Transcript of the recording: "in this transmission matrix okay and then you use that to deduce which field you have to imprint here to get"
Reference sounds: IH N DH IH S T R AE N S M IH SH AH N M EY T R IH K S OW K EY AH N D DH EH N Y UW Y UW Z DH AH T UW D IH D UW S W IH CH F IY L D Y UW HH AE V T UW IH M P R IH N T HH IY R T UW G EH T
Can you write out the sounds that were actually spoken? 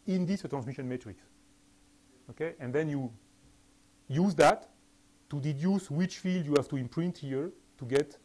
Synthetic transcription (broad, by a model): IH N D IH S T R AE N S M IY SH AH N M EY T R IH K S OW K EY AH N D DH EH N Y UW Y UW Z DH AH T UW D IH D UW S W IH CH F IY L D Y UW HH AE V T UW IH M P R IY N T HH IY R T UW G EH T